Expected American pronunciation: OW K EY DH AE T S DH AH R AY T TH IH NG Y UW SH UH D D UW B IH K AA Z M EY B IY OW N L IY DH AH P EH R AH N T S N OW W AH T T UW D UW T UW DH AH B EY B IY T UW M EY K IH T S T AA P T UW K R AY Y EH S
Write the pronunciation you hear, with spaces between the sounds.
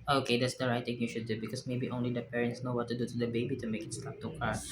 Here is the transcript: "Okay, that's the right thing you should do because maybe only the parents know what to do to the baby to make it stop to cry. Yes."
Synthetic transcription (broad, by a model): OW K EY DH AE T S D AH R AY T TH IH NG Y UW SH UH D D UW B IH K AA S M EY B IY OW N L IY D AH P EH R AH N T S N OW W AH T T UW D UW T UW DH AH B EY B IY T UW M EY K IH T S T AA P T UW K AY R